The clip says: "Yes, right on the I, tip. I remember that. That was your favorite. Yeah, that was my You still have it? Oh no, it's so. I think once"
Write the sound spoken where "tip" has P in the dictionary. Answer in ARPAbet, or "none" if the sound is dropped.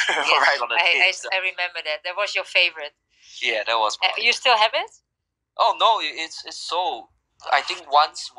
none